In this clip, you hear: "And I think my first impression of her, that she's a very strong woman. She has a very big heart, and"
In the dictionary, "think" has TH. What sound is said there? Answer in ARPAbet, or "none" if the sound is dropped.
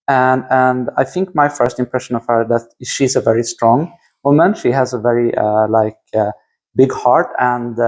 TH